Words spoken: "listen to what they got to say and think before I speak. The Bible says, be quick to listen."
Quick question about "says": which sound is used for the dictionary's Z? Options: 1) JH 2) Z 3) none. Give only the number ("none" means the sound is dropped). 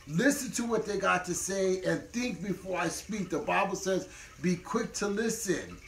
2